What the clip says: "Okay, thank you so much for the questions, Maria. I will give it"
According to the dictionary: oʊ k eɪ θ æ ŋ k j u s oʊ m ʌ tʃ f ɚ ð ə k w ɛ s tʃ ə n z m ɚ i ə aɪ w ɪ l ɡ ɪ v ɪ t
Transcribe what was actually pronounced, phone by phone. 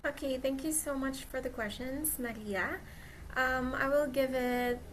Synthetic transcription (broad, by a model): oʊ k eɪ θ æ ŋ k j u s oʊ m ʌ tʃ f ɚ ð ə k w ɛ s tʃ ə n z m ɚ i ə aɪ w ɪ l ɡ ɪ v ɪ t